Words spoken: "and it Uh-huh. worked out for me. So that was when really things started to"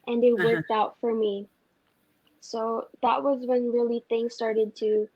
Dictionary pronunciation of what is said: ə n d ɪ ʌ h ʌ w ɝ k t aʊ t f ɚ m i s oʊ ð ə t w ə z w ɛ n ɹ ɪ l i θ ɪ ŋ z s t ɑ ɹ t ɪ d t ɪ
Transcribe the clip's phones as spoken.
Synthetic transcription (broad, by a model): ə n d ɪ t w ɝ k t aʊ t f ɚ m i s oʊ ð ə t w ə z w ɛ n ɹ ɪ l i θ ɪ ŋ s t ɑ ɹ t ɪ d t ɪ